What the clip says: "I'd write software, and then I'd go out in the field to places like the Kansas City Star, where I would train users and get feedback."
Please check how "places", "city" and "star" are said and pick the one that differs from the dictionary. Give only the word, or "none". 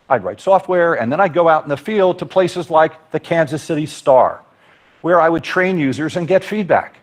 none